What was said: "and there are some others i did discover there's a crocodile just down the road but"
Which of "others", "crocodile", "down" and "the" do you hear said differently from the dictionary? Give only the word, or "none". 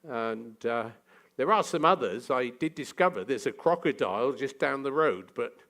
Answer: none